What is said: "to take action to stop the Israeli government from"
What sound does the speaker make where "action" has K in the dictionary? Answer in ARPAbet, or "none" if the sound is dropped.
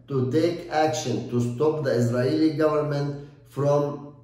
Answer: K